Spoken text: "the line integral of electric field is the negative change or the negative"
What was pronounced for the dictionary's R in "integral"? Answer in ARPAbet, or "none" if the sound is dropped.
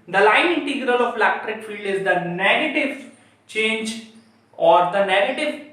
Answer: R